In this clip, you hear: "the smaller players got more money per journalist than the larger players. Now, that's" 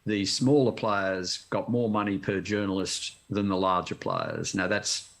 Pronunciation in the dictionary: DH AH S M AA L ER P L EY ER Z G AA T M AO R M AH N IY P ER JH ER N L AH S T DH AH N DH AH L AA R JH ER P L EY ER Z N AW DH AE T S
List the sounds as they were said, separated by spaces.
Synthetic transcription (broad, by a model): DH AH S M AA L ER P L EY ER Z G AA T M AO R M AH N IY P ER JH ER N L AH S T DH AH N DH AH L AA R JH ER P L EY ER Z N AW DH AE T S